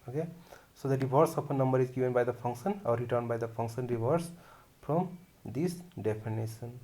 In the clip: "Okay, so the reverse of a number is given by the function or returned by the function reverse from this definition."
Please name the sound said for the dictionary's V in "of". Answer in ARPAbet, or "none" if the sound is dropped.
P